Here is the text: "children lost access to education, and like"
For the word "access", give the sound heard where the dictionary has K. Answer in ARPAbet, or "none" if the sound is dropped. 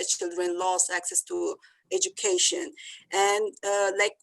K